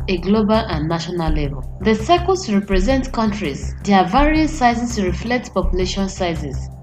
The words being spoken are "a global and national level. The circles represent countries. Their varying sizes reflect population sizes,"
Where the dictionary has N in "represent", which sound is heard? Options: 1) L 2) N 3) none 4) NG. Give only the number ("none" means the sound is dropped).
2